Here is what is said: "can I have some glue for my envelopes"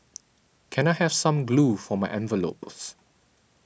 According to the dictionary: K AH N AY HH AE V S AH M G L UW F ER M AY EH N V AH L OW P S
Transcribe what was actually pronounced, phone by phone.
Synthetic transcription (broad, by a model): K AH N AY HH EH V S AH M G L UW F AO M AY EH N V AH L OW P S